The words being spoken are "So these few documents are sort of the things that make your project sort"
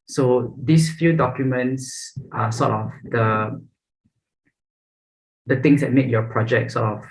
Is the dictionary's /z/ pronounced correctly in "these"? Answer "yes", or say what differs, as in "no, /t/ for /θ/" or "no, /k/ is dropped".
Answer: no, /s/ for /z/